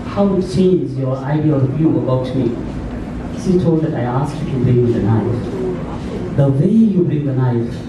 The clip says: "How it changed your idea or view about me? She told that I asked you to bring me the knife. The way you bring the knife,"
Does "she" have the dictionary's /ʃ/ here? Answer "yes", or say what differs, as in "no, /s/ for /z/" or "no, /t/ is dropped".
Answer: no, /s/ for /ʃ/